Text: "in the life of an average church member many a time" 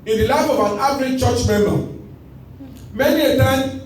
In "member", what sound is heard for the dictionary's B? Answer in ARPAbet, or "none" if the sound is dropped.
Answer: none